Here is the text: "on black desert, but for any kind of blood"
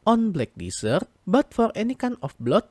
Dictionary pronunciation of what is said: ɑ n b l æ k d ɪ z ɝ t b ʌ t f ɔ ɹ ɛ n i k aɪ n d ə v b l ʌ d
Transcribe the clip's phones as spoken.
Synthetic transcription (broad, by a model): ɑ n b l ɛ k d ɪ s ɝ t b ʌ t f ɔ ɹ ɛ n i k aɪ n ə f b l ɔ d